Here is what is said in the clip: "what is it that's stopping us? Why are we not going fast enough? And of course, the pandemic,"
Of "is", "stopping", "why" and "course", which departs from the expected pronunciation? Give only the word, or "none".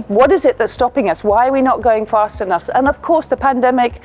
none